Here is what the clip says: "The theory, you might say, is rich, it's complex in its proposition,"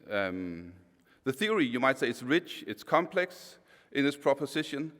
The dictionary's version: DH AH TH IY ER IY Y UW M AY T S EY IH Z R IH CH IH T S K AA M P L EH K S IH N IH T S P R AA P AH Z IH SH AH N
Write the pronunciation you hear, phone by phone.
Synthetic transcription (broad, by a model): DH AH TH IY ER IY Y UW M AY T S EY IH S R IH CH IH T S K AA M P L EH K S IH N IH S P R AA P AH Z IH SH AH N